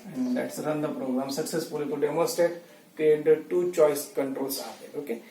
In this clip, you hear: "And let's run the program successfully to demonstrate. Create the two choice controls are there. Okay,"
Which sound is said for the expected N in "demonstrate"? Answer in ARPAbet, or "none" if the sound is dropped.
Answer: none